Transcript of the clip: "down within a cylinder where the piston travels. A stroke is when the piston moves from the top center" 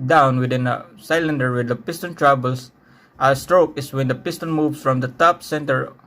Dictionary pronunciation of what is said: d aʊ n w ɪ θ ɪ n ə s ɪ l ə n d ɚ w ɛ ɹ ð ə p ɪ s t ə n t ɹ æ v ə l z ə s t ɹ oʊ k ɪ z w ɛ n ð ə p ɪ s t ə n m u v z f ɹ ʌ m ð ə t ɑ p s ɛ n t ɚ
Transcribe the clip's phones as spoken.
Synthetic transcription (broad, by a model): d aʊ n w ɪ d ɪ n ə s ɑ l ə n d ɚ w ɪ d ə p ɪ s t ə n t ɹ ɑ b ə l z ə s t ɹ oʊ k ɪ s w ɛ n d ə p ɪ s t ə n m u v s f ɹ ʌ m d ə t ɑ p s ɛ n t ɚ